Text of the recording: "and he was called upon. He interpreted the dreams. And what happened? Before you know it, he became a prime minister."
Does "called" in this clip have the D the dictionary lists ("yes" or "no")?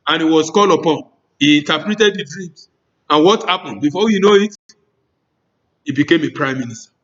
no